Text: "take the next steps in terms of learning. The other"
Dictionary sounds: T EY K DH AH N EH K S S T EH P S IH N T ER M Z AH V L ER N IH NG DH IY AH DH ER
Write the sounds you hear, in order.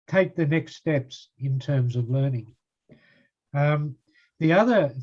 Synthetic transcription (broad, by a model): T EY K DH AH N EH K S S T EH P S IH N T ER M Z AH V L ER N IH NG DH IY AH DH ER